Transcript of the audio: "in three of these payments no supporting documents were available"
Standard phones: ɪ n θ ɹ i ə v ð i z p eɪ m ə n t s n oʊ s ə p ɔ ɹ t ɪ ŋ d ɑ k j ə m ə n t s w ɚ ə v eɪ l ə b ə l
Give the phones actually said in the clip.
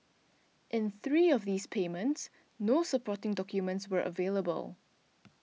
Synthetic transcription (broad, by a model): ɪ n θ ɹ i ə v ð i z p eɪ m ə n t s n oʊ s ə p ɔ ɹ t ɪ ŋ d ɑ k j ə m ə n t s w ɚ ə v eɪ l ə b ə l